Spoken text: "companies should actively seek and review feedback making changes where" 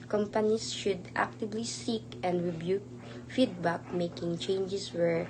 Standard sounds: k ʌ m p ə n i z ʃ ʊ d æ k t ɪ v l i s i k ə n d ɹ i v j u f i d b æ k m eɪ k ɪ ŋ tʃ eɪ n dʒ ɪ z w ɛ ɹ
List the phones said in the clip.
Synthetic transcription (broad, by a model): k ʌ m p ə n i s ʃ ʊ d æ k t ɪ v l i s i k ə n d ɹ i b j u f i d b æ k m eɪ k ɪ ŋ tʃ eɪ n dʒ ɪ s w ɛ ɹ